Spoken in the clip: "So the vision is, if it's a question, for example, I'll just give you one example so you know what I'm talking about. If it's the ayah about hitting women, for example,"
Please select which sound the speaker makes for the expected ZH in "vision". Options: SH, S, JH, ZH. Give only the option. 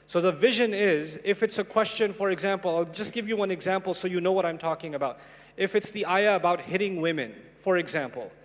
ZH